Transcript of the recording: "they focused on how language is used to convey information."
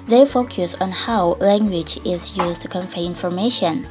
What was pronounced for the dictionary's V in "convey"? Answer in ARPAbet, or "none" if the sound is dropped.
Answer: F